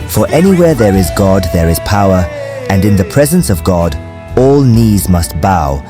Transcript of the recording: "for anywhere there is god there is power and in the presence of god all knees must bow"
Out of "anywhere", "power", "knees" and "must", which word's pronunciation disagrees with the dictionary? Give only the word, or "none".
none